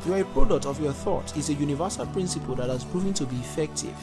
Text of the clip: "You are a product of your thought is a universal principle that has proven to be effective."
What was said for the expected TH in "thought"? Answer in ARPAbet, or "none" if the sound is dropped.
TH